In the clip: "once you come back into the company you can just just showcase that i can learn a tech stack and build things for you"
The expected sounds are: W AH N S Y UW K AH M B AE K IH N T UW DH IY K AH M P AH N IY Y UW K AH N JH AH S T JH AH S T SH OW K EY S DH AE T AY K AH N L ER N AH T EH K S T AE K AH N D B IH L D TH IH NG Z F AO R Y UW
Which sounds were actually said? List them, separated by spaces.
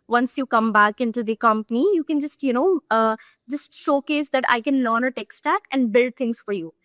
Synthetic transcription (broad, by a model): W AH N S Y UW K AH M B AE K IH N T UW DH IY K AH M P AH N IY Y UW K AH N JH AH S T JH AH S T SH OW K EY S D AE T AY K AH N L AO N AH T EH K S T AE K AH N D B IH L D T IH NG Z F AO R Y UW